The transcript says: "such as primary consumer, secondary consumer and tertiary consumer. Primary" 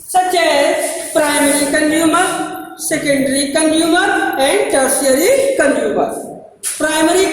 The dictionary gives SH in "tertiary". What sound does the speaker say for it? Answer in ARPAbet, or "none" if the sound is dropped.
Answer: none